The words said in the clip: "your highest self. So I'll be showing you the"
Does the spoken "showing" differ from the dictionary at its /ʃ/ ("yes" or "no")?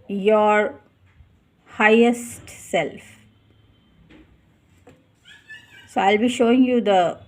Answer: no